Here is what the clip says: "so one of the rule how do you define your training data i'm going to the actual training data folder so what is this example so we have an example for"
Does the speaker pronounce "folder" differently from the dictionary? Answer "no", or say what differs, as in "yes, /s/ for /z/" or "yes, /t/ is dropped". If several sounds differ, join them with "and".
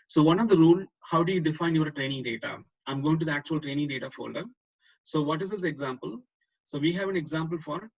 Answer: no